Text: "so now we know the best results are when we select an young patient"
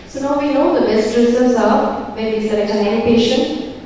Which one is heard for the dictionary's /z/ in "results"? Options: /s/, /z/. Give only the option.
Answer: /s/